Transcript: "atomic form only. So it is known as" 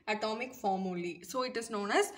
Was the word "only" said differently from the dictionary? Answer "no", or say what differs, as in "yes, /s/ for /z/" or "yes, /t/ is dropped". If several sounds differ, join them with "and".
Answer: yes, /n/ is dropped